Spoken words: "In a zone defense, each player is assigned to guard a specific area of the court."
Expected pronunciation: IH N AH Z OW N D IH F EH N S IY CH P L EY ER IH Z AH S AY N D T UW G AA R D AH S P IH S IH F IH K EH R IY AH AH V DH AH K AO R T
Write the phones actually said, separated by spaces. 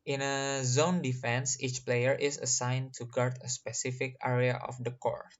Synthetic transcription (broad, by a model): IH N AH Z OW N D IH F EH N S IY CH P L EY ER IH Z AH S AY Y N T UW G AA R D AH S P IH S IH F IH K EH R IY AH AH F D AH K AO R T